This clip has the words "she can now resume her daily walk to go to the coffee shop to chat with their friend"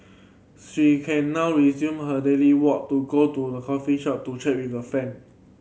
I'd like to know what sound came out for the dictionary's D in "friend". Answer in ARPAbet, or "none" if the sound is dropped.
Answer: none